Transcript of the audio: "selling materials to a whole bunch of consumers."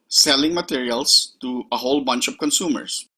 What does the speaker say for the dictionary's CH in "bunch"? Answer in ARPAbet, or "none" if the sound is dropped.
CH